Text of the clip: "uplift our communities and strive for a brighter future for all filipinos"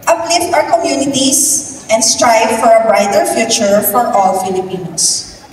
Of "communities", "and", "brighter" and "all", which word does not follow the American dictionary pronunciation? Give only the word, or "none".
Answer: communities